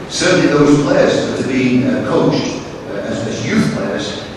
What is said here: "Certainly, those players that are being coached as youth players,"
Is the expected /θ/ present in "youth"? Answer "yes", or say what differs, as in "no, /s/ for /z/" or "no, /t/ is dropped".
yes